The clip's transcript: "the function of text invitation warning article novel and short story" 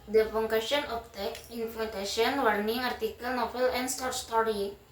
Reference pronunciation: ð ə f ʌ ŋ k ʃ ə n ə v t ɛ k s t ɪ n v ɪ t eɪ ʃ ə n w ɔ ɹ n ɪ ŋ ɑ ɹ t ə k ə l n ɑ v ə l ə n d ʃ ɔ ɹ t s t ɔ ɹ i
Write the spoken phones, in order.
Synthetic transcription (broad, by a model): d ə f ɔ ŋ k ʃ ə n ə p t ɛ k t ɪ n f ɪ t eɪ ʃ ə n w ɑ ɹ n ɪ ŋ ɑ ɹ t ə k ə l n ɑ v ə l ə n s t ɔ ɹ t s t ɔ ɹ i